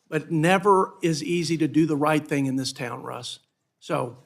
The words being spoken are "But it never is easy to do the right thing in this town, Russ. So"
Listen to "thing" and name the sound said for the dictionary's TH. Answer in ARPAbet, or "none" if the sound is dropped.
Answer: TH